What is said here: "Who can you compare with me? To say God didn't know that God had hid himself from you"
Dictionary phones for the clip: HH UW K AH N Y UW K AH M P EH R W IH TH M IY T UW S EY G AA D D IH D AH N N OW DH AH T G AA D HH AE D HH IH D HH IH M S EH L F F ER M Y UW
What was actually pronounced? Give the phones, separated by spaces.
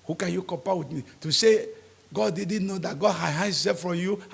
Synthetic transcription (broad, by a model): HH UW K AH N Y UW K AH P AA W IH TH M IY T UW S EY G AA D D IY D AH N N OW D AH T G AA D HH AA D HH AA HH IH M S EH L F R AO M Y UW